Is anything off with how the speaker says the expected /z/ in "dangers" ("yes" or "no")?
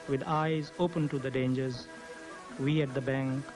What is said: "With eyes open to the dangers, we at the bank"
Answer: no